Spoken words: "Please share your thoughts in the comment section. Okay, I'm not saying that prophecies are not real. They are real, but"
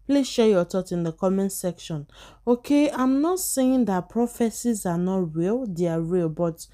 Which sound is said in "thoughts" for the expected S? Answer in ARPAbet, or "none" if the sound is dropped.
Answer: none